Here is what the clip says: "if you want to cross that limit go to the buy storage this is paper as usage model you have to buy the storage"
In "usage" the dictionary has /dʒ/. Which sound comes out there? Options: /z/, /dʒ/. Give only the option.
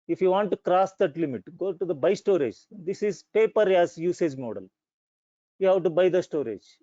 /dʒ/